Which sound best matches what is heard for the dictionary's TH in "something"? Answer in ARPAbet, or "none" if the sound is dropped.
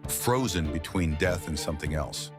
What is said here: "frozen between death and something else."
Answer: TH